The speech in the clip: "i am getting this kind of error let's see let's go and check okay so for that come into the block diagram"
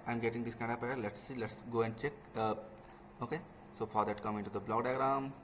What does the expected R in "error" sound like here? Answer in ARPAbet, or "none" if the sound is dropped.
none